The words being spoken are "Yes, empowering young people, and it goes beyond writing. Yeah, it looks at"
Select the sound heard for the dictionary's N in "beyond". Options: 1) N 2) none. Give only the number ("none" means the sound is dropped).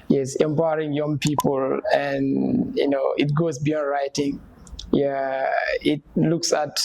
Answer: 1